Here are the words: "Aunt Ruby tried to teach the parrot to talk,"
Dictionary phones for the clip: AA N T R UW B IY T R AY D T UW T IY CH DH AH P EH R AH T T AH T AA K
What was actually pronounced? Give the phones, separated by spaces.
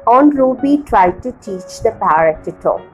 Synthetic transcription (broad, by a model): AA N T R UW B IY T R AY D T UW T IY CH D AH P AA AH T T AH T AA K